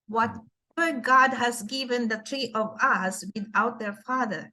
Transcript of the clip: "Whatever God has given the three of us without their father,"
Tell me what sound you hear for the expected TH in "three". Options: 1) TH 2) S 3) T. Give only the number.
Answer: 3